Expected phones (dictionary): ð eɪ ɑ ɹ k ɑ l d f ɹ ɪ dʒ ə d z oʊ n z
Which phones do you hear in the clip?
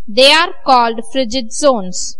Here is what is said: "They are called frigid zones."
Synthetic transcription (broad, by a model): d eɪ ɑ ɹ k ɑ l d f ɹ ɪ dʒ ə d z oʊ n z